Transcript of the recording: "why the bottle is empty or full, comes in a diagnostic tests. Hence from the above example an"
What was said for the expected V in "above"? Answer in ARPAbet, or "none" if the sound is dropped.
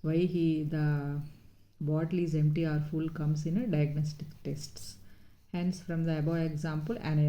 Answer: none